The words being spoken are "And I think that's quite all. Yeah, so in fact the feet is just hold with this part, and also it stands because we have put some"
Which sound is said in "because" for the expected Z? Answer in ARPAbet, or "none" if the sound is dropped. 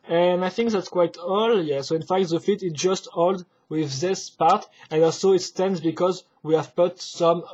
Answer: Z